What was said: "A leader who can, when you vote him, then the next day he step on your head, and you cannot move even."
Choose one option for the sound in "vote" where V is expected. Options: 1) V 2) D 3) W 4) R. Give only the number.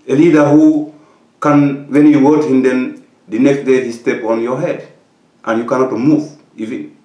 3